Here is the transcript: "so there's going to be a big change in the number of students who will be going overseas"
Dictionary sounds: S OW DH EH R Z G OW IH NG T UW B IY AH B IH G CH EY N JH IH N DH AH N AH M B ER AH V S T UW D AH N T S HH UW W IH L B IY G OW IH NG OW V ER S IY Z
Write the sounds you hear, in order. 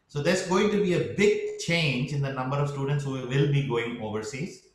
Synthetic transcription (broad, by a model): S OW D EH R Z G OW IH NG T UW B IY AH B IH G CH EY N JH IH N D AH N AH M B ER AH V S T UW D AH N T S HH UW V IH L B IY G OW IH NG OW V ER S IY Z